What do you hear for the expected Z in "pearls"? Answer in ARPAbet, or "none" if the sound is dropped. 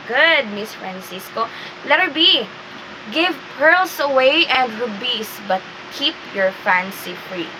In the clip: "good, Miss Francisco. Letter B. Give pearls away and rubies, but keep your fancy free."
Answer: S